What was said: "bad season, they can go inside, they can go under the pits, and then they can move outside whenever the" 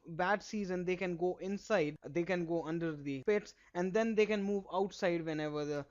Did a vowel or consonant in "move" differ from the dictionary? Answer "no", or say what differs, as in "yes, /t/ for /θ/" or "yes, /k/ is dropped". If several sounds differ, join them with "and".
no